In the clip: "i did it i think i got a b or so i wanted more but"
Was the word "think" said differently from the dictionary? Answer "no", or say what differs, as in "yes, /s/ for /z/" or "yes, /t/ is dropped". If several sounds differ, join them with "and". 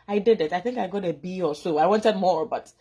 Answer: no